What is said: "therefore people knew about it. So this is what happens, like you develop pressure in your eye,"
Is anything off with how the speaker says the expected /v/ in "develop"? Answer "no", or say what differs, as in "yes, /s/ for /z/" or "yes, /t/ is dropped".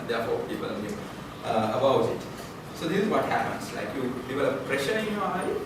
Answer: yes, /p/ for /v/